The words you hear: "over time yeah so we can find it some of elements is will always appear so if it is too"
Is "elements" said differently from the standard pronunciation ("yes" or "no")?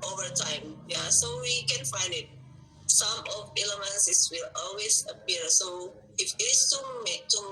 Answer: yes